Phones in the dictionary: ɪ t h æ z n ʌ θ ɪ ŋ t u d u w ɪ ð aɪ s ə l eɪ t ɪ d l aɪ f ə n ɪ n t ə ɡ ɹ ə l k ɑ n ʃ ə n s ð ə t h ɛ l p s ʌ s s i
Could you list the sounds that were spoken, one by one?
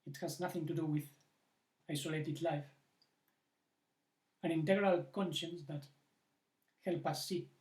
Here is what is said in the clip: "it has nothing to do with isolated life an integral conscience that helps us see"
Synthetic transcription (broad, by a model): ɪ t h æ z n ʌ θ ɪ ŋ t u d u w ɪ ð aɪ s ə l eɪ t ɪ d l aɪ f ə n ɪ n t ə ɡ ɹ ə l k ɑ n ʃ ə n s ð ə t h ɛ l p ʌ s s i